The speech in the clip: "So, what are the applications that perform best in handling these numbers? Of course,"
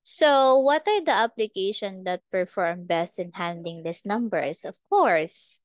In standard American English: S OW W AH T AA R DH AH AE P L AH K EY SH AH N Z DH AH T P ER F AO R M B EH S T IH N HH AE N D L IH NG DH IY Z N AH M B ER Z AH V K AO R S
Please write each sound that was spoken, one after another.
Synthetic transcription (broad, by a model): S OW W AH T AA R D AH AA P L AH K EY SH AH N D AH T P ER F AO R M B EH S T IH N HH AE N D IH NG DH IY S N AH M B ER S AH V K AO R S